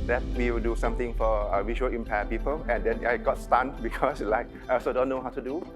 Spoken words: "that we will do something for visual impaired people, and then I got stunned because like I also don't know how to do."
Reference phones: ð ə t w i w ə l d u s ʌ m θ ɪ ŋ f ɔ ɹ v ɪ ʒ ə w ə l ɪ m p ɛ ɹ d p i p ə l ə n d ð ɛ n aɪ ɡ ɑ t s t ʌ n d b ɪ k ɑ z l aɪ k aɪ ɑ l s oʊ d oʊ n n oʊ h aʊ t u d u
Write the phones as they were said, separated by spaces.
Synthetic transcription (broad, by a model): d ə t w i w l d u s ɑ m t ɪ ŋ f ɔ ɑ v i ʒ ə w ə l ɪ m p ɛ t p i p ə l ə n d ɛ n aɪ ɡ ɑ t s t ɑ n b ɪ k ɑ s l aɪ k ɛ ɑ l s oʊ d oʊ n n oʊ h aʊ t u d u